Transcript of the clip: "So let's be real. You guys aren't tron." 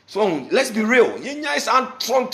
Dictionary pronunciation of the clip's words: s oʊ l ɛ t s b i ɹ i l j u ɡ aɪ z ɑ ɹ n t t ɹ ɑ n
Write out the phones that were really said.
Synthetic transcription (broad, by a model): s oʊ l ɛ t s b i ɹ i l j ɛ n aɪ s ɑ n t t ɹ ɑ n